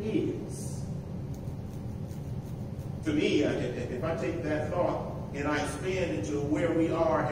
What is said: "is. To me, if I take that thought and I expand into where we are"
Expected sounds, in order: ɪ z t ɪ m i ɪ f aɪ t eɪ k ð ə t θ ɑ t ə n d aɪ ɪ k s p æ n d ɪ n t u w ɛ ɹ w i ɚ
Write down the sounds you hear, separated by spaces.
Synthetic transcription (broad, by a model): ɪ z t ɪ m i ɪ f aɪ t eɪ k ð ə t θ ɑ t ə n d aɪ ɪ s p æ n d ɪ n t u w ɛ ɹ w i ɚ